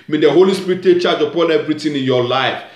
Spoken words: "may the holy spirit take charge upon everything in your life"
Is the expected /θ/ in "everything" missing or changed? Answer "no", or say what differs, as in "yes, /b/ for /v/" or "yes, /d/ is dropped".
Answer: yes, /t/ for /θ/